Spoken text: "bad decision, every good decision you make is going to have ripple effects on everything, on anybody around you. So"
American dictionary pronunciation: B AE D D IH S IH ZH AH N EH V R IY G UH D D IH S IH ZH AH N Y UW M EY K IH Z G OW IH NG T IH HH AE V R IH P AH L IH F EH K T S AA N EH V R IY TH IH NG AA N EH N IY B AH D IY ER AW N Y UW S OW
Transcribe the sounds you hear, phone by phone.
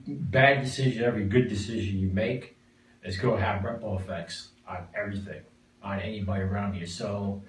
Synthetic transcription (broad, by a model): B AE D D IH S IH ZH AH N EH V R IY G UH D D IH S IH ZH AH N Y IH M EY K IH Z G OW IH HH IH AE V R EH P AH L IH F EH K T S N EH V R IY TH IH NG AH N EH N IY B AH D IY ER AW N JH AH S OW